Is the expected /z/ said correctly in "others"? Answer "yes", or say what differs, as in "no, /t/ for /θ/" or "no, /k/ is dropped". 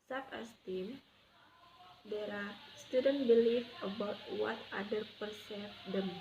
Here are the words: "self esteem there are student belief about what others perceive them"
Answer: no, /z/ is dropped